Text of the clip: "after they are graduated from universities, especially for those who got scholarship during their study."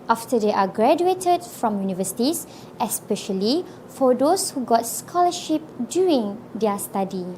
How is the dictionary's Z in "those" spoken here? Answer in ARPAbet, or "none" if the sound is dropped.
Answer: S